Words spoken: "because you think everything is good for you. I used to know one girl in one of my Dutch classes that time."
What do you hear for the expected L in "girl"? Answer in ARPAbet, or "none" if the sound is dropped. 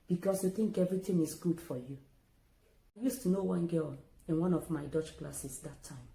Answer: N